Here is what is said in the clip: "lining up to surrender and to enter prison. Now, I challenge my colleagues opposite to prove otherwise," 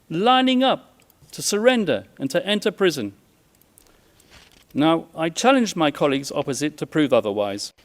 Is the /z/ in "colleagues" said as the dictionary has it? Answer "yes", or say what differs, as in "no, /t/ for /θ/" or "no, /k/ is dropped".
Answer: yes